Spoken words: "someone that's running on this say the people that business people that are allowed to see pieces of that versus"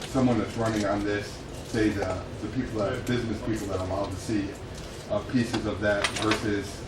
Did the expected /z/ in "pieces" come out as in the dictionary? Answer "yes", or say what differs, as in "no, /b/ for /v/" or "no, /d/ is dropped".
yes